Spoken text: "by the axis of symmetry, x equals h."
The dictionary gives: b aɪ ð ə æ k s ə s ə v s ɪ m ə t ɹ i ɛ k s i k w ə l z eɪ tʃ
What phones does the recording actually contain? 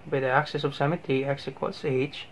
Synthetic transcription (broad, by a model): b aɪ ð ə æ k s ə s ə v s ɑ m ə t i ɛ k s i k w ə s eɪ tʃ